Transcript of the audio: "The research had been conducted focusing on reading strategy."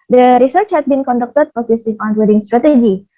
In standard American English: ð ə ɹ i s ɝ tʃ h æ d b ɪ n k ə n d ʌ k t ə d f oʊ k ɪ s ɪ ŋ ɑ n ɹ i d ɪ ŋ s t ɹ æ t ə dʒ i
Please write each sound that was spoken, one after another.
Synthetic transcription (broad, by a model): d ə ɹ i s ɝ tʃ h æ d b ɪ n k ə n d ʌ k t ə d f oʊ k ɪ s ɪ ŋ ɑ n w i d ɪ ŋ s t ɹ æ t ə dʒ i